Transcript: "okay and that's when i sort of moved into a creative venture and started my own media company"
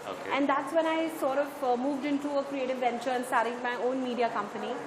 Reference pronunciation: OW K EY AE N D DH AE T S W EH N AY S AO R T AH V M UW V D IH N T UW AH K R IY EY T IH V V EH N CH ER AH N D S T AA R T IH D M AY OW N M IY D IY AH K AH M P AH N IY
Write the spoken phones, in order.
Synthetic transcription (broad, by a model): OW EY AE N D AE T S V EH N AY S AO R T AH V M UW V D IH N T UW AH K R IY EY T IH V V EH N CH ER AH N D S T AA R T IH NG M AY OW N M IY D IY AH K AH M P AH N IY